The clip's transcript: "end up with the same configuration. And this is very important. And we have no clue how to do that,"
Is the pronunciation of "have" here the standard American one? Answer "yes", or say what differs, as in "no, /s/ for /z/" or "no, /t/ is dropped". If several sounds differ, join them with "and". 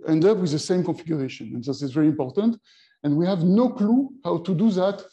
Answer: yes